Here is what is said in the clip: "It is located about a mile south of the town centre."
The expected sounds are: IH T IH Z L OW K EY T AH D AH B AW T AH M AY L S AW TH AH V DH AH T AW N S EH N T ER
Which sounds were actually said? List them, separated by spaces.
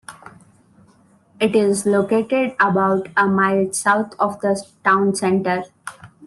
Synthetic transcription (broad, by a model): IH T IH Z L OW K EY T AH D AH B AW T AH M AY L S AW T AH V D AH T AW N S EH N T ER